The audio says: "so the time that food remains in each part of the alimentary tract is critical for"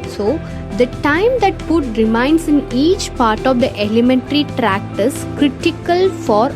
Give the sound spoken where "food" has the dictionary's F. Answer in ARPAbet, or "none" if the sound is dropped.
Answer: P